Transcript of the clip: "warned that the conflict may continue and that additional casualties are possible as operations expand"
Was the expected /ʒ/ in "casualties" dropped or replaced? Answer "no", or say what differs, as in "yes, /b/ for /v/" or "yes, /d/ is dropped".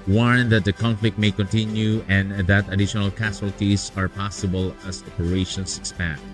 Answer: yes, /s/ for /ʒ/